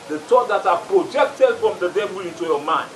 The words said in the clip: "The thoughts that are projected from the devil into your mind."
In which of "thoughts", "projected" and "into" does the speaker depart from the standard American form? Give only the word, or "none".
thoughts